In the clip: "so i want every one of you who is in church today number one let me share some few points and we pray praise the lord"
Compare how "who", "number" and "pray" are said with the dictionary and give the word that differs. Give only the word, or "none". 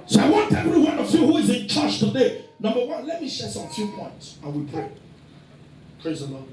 pray